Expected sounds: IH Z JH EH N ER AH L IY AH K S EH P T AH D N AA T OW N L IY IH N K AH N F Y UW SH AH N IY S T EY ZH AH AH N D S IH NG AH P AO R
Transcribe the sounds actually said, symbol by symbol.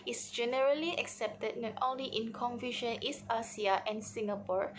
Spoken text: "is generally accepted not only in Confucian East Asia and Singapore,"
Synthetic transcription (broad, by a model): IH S JH EH N ER AH L IY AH K S EH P T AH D N AA T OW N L IY IH N K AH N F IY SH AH N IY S AA S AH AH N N S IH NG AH P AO R